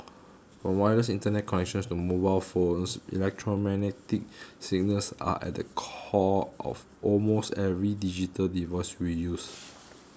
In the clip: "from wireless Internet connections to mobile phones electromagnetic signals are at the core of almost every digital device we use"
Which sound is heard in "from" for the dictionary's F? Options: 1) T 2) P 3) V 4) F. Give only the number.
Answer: 2